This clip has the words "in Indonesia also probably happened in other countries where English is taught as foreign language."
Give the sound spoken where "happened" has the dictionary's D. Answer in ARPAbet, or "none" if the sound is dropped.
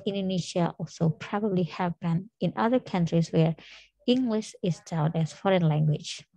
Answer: none